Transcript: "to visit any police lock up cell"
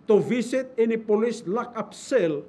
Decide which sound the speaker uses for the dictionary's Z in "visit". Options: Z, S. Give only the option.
S